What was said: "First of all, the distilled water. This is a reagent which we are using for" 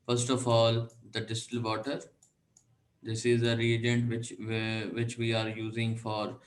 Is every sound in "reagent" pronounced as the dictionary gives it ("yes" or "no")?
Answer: yes